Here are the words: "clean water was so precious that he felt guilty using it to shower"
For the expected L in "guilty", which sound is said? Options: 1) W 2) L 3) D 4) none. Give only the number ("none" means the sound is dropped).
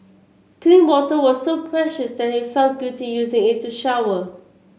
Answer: 4